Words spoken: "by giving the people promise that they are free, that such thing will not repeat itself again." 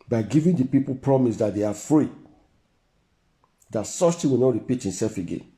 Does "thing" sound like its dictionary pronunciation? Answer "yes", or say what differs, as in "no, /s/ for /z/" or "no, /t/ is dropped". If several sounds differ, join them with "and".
no, /t/ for /θ/